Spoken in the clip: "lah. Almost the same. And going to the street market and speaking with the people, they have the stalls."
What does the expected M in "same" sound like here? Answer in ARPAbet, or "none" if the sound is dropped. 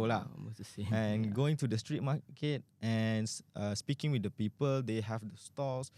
none